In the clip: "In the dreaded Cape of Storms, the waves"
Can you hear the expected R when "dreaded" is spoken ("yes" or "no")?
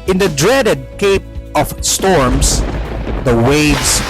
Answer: yes